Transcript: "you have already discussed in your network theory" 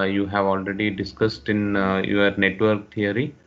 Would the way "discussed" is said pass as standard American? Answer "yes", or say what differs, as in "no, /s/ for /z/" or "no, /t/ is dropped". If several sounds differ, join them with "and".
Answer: yes